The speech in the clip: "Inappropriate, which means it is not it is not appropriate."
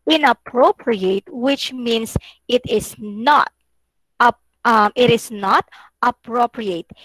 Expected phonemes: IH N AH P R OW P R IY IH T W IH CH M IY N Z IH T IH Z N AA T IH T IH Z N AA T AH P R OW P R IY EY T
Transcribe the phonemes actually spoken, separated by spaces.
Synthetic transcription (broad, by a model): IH N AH P R OW P R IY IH T W IH CH M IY N S IH T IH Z N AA T IH T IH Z N AA T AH P R OW P R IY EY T